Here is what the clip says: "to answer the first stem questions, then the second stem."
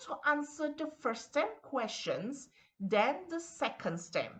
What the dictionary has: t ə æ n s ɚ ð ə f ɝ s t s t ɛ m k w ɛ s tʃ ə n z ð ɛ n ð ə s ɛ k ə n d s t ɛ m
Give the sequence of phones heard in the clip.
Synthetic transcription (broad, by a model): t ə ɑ n s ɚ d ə f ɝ t s t ɛ m k w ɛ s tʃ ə n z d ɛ n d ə s ɛ k ə n d s t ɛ m